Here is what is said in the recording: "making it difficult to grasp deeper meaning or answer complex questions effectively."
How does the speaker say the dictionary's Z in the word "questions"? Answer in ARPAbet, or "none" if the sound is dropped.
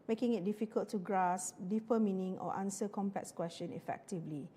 none